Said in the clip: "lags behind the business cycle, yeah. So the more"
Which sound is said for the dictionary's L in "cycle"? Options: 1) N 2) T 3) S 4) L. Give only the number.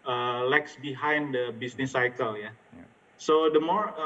4